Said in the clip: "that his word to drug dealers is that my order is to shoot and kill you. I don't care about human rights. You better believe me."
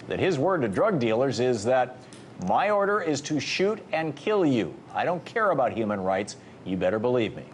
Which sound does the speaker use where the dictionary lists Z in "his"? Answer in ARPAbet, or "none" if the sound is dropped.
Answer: Z